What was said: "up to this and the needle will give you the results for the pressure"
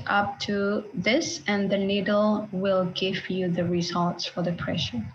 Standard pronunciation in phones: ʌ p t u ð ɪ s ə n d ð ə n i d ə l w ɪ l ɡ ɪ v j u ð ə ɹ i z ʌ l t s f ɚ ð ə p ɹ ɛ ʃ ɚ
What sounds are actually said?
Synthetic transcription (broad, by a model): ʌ p t u ð ɪ s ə n ð ə n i d l w ɪ l ɡ ɪ v j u ð ə ɹ i z ʌ l t s f ɚ ð ə p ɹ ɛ ʃ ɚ